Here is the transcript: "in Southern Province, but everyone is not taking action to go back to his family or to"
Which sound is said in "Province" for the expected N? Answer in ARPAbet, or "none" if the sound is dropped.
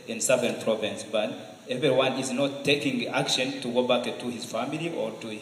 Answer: N